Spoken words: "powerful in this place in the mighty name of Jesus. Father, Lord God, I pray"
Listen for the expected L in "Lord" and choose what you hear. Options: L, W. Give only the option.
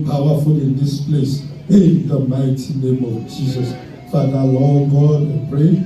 W